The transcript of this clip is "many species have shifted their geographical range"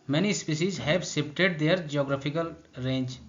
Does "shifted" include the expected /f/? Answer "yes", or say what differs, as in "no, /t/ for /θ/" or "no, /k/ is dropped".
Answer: no, /p/ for /f/